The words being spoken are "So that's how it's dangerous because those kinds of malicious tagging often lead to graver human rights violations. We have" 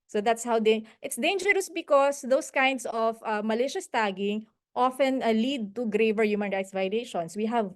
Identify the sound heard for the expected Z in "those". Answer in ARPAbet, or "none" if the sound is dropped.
S